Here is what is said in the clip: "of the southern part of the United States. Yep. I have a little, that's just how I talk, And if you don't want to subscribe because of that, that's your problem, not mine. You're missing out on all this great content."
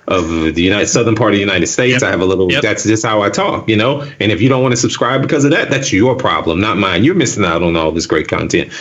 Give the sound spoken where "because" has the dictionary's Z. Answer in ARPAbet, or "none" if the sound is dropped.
Z